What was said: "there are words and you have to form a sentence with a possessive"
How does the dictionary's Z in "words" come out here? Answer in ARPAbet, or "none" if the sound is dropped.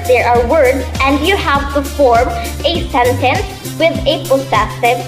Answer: Z